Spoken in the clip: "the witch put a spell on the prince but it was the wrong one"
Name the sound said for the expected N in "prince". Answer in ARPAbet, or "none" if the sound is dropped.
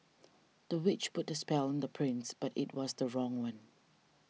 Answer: N